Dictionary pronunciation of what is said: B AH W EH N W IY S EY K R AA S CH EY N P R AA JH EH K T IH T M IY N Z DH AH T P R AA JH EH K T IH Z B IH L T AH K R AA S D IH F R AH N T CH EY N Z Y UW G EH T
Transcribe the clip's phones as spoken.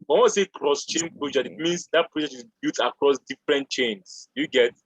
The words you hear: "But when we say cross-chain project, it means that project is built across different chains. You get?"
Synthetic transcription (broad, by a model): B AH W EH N S EY K R AA S CH EY N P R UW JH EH IH T M IY N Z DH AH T P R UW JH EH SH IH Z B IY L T AH K R AA S D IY F R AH N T CH EY N S Y UW G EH T